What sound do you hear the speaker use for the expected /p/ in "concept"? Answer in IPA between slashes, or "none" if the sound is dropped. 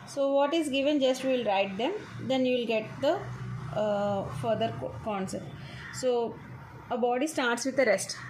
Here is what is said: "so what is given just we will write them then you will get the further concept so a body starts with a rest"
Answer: none